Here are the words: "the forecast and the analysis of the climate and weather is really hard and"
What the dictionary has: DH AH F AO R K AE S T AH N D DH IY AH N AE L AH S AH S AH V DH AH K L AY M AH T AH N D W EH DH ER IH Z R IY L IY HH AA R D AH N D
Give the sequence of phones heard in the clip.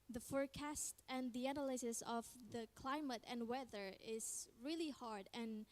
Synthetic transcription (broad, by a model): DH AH F AO R K AE S T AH N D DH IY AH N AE L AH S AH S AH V DH AH K L AY M AH T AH N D W EH DH ER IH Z R IY L IY HH AA R D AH N